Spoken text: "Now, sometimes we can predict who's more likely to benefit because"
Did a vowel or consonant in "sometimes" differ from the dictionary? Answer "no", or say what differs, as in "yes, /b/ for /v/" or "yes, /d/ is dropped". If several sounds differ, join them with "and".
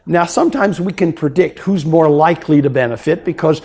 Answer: no